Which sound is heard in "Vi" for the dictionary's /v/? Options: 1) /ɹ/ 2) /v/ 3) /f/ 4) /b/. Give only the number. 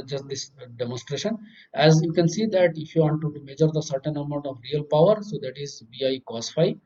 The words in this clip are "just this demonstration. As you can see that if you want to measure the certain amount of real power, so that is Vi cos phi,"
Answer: 4